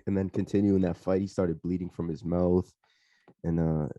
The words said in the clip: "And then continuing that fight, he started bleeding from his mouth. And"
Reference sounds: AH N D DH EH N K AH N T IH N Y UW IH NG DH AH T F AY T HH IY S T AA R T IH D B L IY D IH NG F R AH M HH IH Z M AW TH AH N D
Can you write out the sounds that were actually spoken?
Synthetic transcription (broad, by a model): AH N DH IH N K AH N T IH N Y UW IH NG DH AH T F AY T HH IY S T AA R T IH D B L IY D IH NG F R AH M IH Z M AW TH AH N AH